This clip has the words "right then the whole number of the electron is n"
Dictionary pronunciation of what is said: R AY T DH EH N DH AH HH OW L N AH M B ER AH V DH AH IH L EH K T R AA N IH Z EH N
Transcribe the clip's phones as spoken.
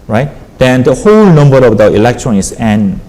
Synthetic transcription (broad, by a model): R AY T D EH N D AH HH OW L N AH M B ER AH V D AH IH L EH K T R AA N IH S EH N